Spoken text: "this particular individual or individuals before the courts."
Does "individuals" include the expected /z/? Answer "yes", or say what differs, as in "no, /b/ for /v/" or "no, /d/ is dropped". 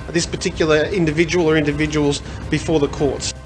yes